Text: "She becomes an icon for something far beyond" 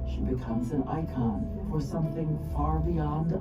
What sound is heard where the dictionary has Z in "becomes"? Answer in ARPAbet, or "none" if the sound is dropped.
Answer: Z